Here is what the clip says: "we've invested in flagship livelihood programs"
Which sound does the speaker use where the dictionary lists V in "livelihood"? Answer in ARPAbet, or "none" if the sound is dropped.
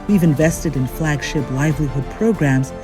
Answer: V